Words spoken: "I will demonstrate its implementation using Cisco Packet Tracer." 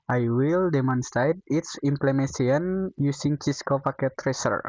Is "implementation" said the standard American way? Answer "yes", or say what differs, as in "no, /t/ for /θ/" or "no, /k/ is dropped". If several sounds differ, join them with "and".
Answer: no, /ʃ/ is dropped